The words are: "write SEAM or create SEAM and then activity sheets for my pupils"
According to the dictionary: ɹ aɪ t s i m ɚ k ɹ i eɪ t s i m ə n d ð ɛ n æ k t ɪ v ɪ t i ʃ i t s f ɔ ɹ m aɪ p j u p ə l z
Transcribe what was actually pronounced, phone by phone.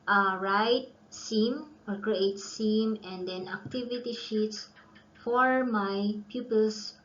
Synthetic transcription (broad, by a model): ɹ aɪ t s i m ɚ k ɹ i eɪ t s i m ə n d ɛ n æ k t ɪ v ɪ t i ʃ i t s f ɔ ɹ m aɪ p j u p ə l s